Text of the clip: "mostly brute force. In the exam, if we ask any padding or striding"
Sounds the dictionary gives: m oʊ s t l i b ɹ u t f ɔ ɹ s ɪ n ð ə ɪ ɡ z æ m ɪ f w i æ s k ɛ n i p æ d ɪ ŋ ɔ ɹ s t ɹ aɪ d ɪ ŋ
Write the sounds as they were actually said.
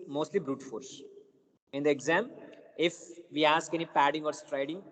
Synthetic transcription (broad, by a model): m oʊ s t l i b ɹ u t f ɔ ɹ s ɪ n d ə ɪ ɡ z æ m ɪ f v i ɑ s k ɛ n i p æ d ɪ ŋ ɔ ɹ s t ɹ aɪ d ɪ ŋ